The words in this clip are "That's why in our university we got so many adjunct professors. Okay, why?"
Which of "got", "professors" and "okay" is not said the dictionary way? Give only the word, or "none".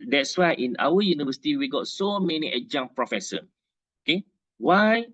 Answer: professors